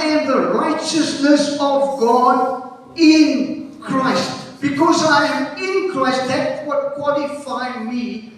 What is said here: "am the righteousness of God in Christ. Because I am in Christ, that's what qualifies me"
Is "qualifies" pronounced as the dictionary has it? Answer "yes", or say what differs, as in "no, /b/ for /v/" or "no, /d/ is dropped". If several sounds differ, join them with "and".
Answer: no, /z/ is dropped